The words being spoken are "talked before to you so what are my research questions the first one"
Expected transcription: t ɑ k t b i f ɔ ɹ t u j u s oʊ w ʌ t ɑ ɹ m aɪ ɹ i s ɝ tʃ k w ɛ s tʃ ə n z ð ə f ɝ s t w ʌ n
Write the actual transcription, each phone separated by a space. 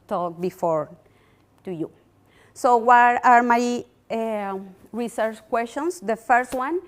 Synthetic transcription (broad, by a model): t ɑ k b i f ɔ ɹ t u j u s oʊ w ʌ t ɑ ɹ m aɪ ɹ i s ɝ tʃ k w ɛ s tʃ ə n s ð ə f ɝ s t w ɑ n